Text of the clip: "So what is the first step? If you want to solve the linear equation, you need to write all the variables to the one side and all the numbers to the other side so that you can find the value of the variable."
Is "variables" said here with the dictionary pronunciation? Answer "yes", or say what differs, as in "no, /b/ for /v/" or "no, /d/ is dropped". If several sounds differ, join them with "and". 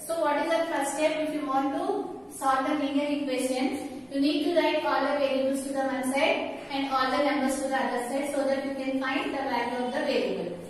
no, /l/ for /ɹ/